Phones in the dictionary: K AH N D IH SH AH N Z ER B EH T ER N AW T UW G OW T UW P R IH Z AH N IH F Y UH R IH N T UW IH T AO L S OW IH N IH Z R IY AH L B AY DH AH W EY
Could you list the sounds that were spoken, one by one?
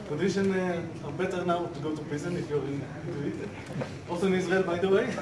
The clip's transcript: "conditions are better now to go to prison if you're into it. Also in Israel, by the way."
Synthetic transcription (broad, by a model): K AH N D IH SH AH N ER B EH T ER N AW T UW G OW T UW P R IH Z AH N IH F Y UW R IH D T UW IH T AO S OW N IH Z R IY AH L B AY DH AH W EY